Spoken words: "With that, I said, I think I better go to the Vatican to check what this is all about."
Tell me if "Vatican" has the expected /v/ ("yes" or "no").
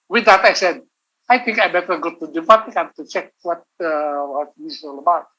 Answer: no